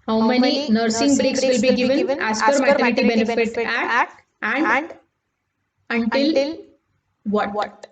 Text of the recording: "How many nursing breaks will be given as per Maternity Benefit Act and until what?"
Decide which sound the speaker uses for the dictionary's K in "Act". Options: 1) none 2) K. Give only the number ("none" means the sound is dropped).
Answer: 1